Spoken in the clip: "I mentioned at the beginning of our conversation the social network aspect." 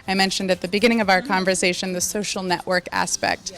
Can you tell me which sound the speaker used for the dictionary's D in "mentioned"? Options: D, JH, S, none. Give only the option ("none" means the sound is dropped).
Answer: D